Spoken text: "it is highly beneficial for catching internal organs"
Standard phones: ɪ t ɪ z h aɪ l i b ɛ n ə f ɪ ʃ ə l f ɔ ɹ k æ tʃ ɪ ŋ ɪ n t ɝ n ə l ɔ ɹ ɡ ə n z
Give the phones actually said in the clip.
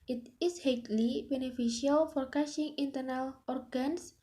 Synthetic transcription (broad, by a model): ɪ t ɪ s h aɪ l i b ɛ n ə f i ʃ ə l f ɔ ɹ k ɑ ʃ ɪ ŋ ɪ n t ɝ n ə l ɔ ɹ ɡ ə n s